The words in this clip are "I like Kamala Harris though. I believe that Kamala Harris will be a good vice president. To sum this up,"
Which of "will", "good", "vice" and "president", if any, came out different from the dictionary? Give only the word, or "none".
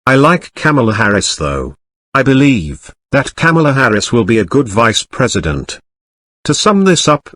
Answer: none